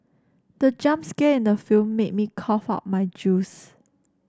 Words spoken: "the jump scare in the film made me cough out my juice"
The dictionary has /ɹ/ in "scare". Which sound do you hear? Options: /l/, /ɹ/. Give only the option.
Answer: /l/